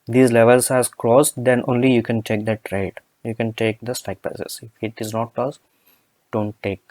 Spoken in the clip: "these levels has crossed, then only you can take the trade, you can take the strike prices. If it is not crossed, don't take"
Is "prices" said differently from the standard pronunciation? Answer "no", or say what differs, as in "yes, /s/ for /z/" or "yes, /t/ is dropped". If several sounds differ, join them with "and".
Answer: yes, /ɹ/ is dropped